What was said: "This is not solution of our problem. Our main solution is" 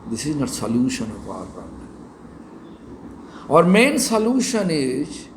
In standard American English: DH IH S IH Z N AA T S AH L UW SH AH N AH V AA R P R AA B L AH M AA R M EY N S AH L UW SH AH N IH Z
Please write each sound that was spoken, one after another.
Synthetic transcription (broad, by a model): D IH S IH Z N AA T S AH L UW SH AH N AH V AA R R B AH AA R M EY N S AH L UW SH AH N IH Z